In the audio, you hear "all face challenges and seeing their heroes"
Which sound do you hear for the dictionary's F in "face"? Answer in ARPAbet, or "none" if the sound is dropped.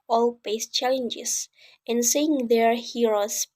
P